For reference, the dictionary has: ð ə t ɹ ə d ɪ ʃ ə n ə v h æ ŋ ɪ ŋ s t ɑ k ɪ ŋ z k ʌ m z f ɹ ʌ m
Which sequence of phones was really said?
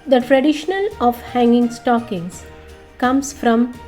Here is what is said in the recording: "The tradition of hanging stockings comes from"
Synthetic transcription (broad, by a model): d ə t ɹ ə d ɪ ʃ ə l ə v h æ ŋ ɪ ŋ s t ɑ k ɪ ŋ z k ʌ m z f ɹ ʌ m